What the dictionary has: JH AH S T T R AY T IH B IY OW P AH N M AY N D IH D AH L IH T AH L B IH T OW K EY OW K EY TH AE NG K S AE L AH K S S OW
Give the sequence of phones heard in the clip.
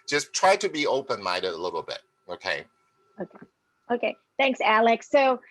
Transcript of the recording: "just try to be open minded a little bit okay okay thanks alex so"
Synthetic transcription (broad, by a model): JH AH S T T R AY T IH B IY OW P AH N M AY D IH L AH L IH T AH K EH IH OW K EY OW K EY TH AE NG K S AE L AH K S S OW